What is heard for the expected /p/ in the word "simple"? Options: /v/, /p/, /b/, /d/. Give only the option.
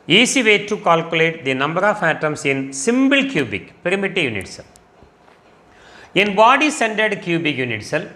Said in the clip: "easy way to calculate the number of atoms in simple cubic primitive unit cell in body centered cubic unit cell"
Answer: /b/